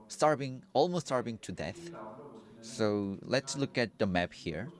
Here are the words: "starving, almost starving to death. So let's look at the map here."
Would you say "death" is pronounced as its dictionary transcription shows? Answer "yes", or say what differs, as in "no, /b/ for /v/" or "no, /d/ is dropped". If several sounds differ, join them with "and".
yes